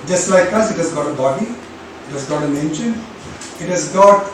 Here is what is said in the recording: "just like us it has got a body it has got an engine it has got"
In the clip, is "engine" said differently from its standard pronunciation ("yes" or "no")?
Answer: yes